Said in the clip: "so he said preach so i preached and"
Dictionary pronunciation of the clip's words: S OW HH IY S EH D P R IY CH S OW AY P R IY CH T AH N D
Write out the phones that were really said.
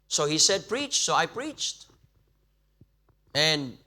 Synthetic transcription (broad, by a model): S OW HH IY S EH D P R IY CH S OW AY P R IY CH T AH N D